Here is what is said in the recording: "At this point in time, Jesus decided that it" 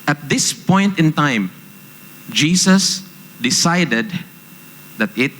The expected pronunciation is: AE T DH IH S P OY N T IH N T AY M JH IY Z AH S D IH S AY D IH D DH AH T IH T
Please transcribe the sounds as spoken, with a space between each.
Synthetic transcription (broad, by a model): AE T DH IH S P OY N T IH N T AY M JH IY S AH S D IH S AY D IH D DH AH T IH T